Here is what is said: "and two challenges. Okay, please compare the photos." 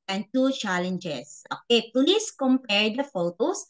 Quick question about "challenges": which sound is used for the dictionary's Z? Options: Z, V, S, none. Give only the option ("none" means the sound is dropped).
S